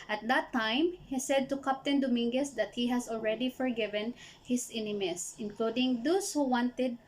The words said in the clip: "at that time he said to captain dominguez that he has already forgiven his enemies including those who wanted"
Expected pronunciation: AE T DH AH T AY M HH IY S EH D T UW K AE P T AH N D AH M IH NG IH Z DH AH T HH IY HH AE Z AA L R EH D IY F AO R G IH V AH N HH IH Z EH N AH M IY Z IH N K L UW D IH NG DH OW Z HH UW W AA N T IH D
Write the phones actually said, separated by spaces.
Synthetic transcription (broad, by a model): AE T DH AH T AY M HH IY S EH D T UW K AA P T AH N D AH M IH NG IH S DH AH T HH IY HH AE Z AA L R EH D IY F AO R G IH V AH N HH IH S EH N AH M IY S IH N K L UW D IH NG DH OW S HH UW W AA N T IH D